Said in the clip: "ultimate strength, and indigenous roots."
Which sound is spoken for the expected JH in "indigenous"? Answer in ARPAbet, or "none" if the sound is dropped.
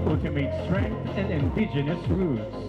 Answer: JH